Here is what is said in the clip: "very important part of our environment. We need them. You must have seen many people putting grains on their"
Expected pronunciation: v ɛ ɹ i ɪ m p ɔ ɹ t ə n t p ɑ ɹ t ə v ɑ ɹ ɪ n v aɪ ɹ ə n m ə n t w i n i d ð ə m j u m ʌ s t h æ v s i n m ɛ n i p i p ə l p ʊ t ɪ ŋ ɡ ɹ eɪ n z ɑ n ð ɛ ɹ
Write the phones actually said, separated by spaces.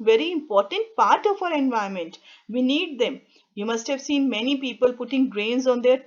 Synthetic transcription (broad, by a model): v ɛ ɹ i ɪ m p ɔ ɹ t ə n t p ɑ ɹ t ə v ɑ ɹ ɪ n v aɪ ə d m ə n t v i n i d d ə m j u m ʌ s t h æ v s i n m ɛ n i p i p ə l p ʊ t ɪ ŋ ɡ ɹ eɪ n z ɑ n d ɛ ɹ